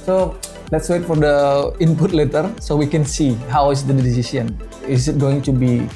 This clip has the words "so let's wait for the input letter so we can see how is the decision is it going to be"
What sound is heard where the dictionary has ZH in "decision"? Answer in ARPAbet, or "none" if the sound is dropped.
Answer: S